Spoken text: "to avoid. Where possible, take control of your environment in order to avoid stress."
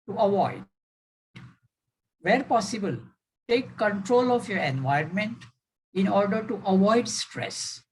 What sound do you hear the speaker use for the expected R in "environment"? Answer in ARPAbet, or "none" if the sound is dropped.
none